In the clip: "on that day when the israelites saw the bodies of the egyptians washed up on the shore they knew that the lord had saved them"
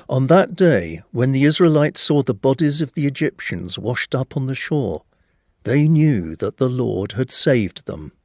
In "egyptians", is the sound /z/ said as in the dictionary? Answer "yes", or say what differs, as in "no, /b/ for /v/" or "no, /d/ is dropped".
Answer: yes